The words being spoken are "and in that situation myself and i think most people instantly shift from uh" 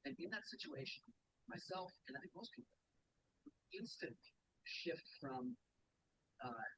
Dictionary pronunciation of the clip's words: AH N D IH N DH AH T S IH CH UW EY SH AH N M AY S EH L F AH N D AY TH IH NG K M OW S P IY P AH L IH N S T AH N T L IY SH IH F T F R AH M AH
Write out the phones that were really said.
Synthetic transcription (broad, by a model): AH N IH N DH AH T S IH CH UW EY SH AH N M AY S EH L F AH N AY TH IH NG K M OW S P IY P L IH N S T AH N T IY SH IH F T F R AH M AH